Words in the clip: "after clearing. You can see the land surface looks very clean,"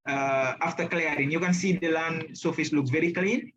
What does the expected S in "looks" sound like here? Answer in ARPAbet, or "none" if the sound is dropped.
none